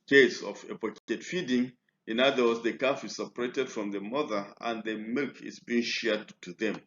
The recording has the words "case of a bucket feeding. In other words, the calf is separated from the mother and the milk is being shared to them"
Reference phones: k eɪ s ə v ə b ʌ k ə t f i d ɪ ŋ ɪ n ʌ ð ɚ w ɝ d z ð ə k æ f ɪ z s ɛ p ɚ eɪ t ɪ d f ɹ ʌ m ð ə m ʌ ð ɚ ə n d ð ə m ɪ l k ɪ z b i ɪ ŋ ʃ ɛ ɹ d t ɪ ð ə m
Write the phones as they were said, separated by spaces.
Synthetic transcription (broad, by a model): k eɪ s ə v ə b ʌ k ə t f i d ɪ ŋ ɪ n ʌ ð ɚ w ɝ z ð ə k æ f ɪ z s ɛ p ɚ eɪ t ɪ d f ɹ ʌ m ð ə m ʌ ð ɚ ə n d ð ə m ɪ l k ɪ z b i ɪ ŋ ʃ ɛ ɹ d t ɪ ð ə m